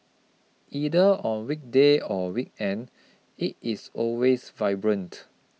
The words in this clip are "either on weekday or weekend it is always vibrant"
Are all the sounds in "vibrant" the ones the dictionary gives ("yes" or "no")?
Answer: yes